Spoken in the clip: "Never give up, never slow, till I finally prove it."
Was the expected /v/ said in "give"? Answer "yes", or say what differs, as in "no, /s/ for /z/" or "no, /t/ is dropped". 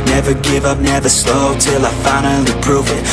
yes